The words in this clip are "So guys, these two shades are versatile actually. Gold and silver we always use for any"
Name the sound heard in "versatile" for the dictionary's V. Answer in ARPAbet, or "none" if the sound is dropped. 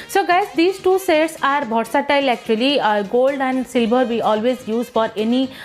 B